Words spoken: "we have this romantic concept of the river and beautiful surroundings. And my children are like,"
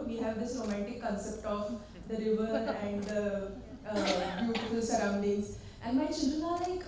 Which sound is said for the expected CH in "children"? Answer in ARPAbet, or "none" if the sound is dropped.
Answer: SH